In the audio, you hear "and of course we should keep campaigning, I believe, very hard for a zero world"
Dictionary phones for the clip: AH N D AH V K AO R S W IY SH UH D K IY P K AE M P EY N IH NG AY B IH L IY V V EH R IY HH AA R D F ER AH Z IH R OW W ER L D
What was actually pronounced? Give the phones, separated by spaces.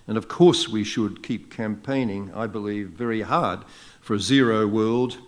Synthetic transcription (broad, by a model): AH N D AH V K AO R S W IY SH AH D K IY P K AE M P EY N IH NG AY B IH L IY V V EH R IY HH AA R D F ER AH Z IH R OW W ER L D